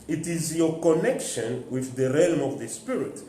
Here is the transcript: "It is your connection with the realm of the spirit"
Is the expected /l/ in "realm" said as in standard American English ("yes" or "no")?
yes